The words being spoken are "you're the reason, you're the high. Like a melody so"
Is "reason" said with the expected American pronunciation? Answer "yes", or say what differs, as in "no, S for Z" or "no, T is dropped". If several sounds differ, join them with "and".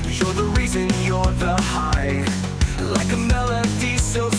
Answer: yes